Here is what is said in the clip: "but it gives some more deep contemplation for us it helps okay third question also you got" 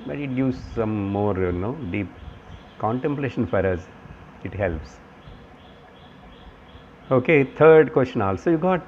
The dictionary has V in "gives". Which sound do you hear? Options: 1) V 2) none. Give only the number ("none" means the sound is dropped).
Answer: 2